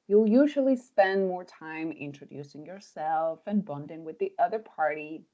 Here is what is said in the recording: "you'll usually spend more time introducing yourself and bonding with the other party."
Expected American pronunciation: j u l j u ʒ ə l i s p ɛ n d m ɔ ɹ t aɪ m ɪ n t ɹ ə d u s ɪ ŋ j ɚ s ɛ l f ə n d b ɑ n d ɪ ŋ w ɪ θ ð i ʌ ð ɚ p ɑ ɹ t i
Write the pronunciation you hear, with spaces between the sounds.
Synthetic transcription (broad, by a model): j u l j u ʒ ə l i s p ɛ n d m ɔ ɹ t aɪ m ɪ n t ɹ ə d u s ɪ ŋ j ɚ s ɛ l f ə n b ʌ n d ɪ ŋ w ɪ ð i ʌ ð ɚ p ɑ ɹ t i